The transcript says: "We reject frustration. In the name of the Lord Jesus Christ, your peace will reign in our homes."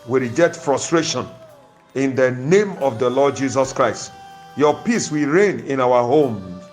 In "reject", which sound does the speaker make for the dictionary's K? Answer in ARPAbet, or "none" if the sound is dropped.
none